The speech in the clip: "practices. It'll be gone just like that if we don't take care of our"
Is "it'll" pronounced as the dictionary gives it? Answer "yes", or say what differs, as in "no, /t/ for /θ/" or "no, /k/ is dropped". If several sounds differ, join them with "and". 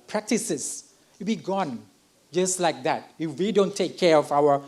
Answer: no, /s/ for /t/